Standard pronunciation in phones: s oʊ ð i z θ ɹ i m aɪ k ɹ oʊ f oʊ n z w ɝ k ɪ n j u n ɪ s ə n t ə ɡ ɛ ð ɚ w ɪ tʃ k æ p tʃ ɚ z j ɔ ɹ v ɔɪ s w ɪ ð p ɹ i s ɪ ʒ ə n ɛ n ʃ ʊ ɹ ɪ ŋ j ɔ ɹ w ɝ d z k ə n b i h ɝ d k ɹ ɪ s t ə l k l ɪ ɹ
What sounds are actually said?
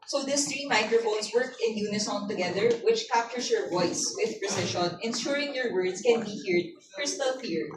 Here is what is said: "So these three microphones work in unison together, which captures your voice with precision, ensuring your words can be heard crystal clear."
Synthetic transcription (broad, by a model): s oʊ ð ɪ s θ ɹ i m aɪ k ɹ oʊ f oʊ n s w ɝ k ɪ n j u n ɪ s ə n t ə ɡ ɛ ð ɚ w ɪ tʃ k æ p tʃ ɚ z j ɔ ɹ v ɔɪ s w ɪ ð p ɹ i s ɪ ʃ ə n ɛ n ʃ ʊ ɹ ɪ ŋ j ɔ ɹ w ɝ d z k ə n b i h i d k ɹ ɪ s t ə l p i ɹ